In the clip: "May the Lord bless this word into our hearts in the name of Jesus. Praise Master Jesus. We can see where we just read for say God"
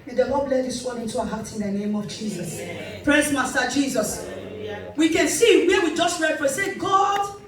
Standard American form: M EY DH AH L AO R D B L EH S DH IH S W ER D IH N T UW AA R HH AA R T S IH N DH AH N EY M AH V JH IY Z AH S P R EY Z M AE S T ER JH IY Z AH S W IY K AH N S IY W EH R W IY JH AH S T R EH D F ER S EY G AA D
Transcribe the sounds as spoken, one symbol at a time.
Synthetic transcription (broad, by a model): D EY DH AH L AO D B L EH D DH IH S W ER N IH N T UW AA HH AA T IH N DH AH N EY M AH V JH IY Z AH S P R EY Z M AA S T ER JH IY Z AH S W IY K AH N S IY W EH W IY JH AH S T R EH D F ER S EY G AA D